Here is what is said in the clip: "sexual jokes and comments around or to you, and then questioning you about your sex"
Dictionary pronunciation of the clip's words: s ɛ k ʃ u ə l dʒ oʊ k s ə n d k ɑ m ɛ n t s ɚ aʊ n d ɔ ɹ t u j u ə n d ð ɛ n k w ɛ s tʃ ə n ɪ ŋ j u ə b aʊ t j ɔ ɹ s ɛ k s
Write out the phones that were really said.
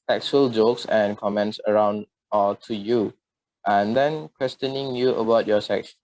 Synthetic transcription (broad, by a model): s ɛ k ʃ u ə l dʒ oʊ k s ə n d k ɑ m ɛ n t s ɚ aʊ n d ɔ l t u j u ə n d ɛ n k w ɛ s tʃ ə n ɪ ŋ j u ə b aʊ t j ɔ s ɛ k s